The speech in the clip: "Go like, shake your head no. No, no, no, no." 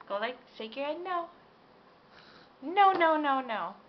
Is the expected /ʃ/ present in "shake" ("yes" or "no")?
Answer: no